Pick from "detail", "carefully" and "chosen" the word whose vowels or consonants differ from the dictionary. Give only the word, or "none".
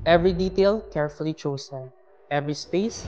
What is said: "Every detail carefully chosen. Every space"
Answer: chosen